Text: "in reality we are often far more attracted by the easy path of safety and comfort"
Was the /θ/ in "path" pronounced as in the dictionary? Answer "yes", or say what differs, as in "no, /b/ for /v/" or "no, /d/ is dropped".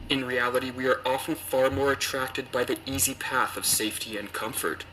yes